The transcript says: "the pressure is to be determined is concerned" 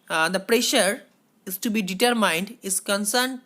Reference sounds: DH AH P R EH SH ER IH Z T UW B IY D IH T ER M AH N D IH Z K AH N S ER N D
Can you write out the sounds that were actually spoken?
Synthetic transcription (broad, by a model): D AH P R EH SH ER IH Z T UW B IY D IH T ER M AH N D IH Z K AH N S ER N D